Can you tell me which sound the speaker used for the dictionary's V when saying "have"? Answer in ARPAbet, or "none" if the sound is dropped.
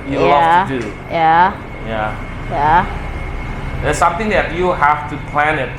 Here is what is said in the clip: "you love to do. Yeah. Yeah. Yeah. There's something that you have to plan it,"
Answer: F